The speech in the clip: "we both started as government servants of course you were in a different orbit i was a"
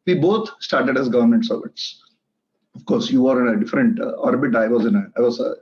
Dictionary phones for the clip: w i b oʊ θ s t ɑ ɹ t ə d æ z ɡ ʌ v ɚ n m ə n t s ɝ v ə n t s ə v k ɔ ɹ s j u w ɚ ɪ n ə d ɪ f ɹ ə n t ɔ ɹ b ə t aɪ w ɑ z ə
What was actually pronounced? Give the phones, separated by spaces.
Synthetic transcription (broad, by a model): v i b oʊ t s t ɑ ɹ t ə d æ z ɡ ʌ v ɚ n m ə n t s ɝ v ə t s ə f k ɔ ɹ s j u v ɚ ɪ n ə d ɪ f ɹ ə n t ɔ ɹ b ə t aɪ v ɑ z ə